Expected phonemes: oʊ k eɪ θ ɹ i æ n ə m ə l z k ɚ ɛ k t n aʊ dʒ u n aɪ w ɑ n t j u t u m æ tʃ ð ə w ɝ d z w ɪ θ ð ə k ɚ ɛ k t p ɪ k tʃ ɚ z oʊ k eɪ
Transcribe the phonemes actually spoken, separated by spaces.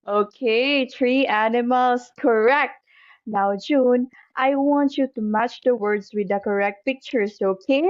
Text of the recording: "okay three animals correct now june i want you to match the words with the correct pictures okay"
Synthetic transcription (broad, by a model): oʊ k eɪ t ɹ i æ n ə m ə l s k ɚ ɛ k t n aʊ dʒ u n aɪ w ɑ n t j u t u m æ tʃ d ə w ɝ d s w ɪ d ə k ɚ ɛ k t p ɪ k tʃ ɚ s oʊ k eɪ